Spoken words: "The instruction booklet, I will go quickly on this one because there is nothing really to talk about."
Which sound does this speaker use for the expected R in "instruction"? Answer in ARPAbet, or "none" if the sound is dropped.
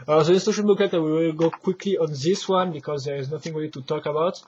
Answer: none